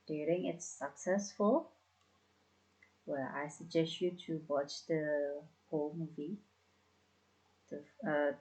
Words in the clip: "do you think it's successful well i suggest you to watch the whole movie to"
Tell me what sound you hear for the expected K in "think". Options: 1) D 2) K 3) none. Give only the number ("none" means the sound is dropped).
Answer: 3